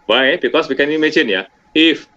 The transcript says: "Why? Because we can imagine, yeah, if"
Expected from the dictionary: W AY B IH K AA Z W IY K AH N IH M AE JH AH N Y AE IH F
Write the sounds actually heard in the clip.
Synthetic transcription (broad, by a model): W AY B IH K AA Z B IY K AH N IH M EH CH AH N Y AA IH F